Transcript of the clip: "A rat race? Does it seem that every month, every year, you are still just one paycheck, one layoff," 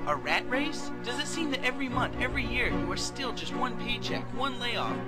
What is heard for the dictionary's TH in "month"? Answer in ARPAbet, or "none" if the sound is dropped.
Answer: TH